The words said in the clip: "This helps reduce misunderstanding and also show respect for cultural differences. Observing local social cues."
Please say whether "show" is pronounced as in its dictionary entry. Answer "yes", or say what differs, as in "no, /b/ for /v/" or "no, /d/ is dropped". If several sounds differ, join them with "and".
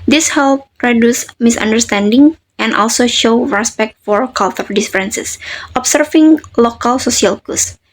yes